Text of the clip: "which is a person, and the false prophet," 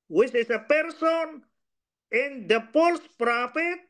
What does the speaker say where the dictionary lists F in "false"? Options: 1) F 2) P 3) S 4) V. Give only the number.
2